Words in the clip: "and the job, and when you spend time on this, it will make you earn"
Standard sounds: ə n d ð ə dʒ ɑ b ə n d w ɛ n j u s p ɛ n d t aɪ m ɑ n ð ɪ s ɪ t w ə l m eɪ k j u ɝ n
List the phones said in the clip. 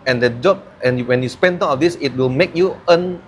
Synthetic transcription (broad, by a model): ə n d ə dʒ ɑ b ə n w ɛ n j u s p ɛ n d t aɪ ɑ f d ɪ s ɪ t w ə l m eɪ k j u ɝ n